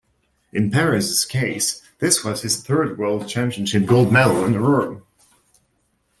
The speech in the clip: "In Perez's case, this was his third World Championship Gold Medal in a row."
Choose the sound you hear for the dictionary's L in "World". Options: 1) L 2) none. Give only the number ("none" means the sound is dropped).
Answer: 1